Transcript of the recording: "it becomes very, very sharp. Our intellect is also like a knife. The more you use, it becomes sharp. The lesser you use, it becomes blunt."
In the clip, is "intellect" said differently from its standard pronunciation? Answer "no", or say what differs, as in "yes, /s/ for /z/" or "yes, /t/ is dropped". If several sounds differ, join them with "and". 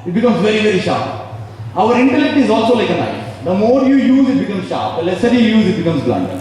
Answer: no